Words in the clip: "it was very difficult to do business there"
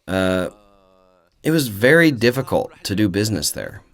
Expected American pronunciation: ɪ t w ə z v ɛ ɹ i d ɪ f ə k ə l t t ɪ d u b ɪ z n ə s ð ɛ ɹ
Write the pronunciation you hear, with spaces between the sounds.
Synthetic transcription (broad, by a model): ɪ t w ə z v ɛ ɹ i d ɪ f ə k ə l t t ɪ d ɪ b ɪ z n ə s ð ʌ ɹ